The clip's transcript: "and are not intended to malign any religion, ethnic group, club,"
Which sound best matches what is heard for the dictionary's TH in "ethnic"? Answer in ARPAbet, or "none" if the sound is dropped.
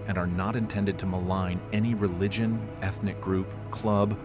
TH